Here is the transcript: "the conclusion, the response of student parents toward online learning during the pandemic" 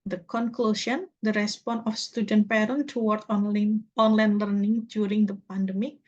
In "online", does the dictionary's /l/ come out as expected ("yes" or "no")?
yes